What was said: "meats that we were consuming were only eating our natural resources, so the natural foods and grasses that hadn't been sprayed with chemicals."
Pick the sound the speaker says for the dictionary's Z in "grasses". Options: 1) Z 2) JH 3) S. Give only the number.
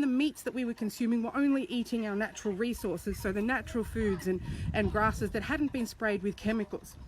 1